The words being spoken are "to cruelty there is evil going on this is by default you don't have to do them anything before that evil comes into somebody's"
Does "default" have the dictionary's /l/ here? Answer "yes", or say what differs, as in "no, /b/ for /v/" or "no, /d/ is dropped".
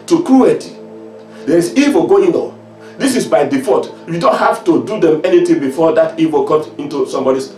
no, /l/ is dropped